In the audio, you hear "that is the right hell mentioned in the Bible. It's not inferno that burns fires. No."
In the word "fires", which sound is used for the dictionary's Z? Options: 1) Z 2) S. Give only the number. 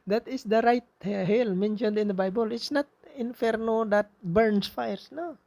2